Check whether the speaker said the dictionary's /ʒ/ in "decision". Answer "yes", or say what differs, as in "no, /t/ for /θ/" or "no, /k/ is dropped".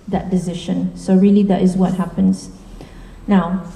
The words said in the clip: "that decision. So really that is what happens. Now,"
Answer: no, /ʃ/ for /ʒ/